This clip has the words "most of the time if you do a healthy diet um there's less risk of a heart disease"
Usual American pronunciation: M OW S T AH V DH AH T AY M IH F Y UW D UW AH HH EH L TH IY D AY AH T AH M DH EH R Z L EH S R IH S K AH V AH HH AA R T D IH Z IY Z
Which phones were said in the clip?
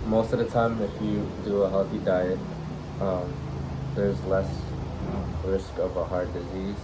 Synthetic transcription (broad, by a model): M OW S T AH V DH AH T AY M IH F Y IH D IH AH HH EH L TH IY D AY AH T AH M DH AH R Z L EH S R IH S K AH V AH HH AA R D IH Z IY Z